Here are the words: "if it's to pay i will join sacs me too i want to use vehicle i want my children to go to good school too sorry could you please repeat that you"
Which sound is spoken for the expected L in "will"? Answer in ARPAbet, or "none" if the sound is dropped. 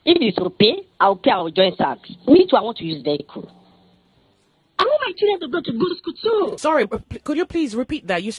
W